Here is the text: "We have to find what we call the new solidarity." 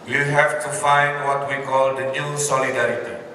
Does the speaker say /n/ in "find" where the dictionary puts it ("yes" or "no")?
yes